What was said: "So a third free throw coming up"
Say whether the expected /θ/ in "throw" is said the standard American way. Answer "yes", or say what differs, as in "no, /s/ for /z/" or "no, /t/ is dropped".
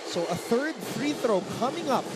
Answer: yes